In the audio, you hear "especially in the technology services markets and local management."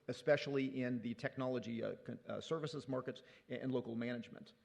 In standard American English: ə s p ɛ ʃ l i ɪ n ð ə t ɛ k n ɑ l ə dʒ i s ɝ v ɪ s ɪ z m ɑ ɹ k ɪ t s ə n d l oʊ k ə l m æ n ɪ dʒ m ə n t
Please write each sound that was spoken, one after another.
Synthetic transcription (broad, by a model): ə s p ɛ ʃ l i ɪ n ð ə t ɛ k n ɑ l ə dʒ i s ɝ v ɪ s ɪ z m ɑ ɹ k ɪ t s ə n l oʊ k l m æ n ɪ dʒ m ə n t